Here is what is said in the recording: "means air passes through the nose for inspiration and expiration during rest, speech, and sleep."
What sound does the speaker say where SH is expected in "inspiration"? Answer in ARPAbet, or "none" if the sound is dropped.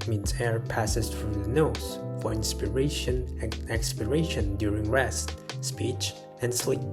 none